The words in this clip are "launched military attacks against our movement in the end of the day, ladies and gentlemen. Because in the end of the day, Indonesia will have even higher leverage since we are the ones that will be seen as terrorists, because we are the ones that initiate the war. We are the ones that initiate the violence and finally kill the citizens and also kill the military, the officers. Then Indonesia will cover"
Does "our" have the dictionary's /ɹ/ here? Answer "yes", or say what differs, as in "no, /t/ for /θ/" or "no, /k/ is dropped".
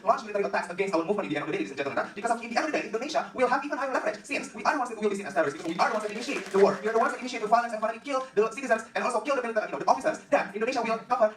no, /w/ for /ɹ/